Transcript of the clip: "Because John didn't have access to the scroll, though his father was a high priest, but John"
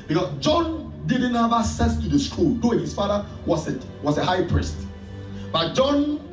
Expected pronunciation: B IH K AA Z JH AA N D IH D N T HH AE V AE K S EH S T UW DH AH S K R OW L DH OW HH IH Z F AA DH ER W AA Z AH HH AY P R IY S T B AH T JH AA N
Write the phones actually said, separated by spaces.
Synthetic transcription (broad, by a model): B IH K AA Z JH AA N D IH D N T HH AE V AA K S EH S T UW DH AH S K UW L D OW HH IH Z F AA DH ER W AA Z AH HH AY P R IY S T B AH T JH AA N